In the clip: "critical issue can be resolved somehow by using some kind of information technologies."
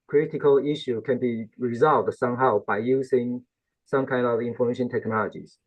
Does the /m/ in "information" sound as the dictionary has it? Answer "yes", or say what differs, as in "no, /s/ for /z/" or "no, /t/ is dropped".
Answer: yes